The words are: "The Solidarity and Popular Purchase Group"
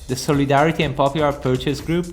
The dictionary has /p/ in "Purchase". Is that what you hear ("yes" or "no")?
yes